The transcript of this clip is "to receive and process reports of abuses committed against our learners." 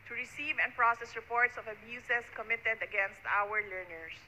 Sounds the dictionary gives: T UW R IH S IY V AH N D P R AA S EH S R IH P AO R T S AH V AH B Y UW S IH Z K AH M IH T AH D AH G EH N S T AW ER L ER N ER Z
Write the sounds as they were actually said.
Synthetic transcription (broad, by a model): T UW R IH S IY V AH N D P R AA S EH S R IH P AO R T S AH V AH B Y UW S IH S K AH M IH T AH D AH G EH N S T AW ER L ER N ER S